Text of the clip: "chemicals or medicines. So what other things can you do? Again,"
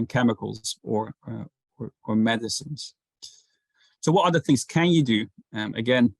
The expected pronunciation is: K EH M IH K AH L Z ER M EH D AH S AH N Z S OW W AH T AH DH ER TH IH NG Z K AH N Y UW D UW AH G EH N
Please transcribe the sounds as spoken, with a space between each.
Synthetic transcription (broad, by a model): K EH M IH K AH L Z ER M EH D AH S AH N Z S OW W AH T AH DH ER TH IH NG Z K AH N Y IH D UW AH G EH N